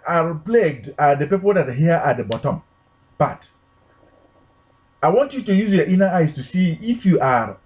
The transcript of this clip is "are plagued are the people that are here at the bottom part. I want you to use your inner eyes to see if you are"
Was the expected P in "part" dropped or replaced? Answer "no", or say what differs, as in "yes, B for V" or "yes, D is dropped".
yes, B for P